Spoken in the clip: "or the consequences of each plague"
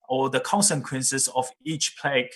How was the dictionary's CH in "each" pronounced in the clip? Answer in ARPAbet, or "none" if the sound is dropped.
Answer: CH